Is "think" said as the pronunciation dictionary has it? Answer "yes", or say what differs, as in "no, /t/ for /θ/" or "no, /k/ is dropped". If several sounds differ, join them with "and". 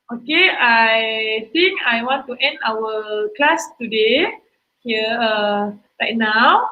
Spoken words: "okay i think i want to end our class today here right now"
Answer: no, /t/ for /θ/